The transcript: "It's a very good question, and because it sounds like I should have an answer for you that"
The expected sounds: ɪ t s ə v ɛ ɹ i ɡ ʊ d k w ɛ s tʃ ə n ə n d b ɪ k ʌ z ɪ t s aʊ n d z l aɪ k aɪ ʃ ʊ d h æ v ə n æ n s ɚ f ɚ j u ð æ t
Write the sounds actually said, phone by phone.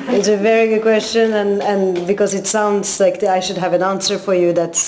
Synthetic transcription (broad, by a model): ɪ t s ə v ɛ ɹ i ɡ ʊ d k w ɛ s tʃ ə n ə n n b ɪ k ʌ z ɪ t s aʊ n d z l aɪ k aɪ ʃ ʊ d h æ v ə n æ n s ɚ f ɚ j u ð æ t